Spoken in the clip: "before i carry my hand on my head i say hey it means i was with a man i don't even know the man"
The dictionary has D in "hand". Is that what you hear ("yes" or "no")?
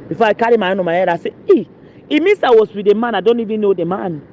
no